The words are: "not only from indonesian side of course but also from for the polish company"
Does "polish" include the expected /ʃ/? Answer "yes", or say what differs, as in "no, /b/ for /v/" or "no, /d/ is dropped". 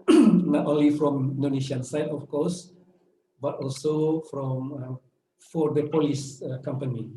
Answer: no, /s/ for /ʃ/